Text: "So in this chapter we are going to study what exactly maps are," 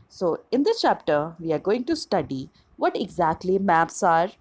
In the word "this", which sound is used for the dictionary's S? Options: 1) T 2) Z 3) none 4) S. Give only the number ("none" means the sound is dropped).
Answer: 3